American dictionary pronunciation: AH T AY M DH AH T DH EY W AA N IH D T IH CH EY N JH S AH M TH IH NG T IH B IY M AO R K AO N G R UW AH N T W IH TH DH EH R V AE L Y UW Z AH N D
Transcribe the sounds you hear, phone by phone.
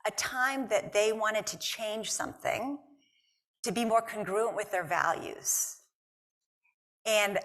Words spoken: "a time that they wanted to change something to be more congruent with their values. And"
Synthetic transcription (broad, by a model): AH T AY M DH AH T DH EY W AA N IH D T IH CH EY N ZH S AH M TH IH NG T IH B IY M AO R K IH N G R UW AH N T W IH DH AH R V AE L Y UW Z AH N